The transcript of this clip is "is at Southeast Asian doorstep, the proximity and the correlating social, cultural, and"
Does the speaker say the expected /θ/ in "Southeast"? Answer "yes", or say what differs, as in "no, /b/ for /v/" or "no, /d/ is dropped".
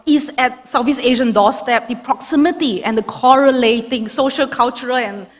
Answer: no, /f/ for /θ/